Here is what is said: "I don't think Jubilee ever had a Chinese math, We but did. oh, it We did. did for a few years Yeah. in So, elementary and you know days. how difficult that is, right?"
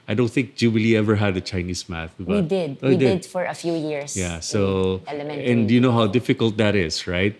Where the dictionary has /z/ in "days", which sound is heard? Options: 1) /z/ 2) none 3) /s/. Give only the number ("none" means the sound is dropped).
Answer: 2